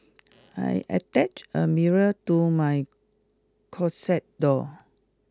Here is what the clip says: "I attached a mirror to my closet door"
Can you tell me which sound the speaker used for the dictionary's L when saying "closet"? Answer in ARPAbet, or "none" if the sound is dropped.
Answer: none